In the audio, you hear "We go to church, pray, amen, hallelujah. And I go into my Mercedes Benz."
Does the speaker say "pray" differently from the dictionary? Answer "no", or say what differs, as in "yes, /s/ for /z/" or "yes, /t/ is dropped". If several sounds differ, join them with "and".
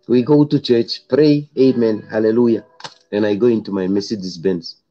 no